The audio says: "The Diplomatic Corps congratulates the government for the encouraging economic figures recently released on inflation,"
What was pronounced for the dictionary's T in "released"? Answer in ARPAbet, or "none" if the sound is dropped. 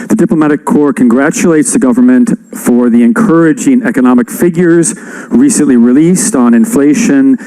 T